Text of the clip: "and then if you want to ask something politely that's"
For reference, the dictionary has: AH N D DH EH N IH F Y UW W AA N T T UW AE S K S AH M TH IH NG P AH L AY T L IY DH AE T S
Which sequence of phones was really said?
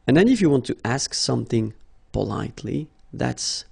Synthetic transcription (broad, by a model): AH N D DH EH N IH F Y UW W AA N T T UW AE S K S AH M TH IH NG P AH L AY T L IY DH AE T S